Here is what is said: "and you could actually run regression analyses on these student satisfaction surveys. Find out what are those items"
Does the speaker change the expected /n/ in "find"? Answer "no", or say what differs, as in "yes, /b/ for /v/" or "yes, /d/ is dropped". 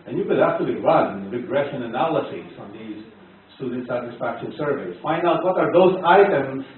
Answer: no